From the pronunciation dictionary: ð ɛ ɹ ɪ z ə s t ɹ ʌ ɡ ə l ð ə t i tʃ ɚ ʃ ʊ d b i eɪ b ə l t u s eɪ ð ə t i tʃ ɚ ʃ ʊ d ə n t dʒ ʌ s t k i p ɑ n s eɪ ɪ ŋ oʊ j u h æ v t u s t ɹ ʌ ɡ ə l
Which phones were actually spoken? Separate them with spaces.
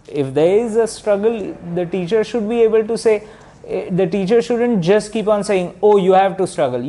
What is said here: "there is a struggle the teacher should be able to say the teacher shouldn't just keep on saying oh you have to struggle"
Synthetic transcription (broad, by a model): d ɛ ɹ ɪ z ə s t ɹ ʌ ɡ ə l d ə t i tʃ ɚ ʃ ʊ d b i eɪ b ə l t u s eɪ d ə t i tʃ ɚ ʃ ʊ d ə n t dʒ ʌ s t k i p ɑ n s eɪ ɪ ŋ oʊ j u h æ v t u s t ɹ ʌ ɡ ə l